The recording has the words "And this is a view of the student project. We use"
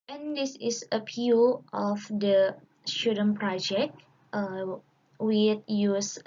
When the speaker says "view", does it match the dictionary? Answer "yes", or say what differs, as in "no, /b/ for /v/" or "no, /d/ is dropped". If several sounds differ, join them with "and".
no, /p/ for /v/